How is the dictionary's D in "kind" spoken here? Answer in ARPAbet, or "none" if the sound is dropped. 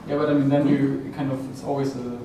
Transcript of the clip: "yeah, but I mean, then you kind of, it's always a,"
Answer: D